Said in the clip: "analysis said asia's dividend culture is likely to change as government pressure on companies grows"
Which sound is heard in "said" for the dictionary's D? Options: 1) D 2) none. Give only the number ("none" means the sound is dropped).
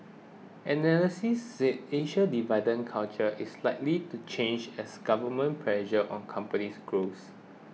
2